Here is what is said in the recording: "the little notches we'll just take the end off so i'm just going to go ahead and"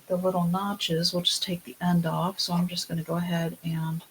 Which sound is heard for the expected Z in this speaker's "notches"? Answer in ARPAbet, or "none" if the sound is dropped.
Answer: Z